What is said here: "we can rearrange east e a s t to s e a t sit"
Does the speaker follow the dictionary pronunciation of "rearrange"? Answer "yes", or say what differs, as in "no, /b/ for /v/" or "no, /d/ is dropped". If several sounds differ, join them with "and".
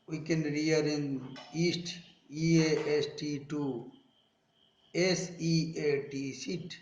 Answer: no, /dʒ/ is dropped